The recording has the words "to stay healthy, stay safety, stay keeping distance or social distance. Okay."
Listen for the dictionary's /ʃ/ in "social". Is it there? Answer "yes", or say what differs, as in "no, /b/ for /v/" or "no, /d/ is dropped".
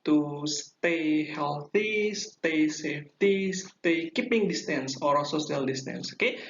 no, /s/ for /ʃ/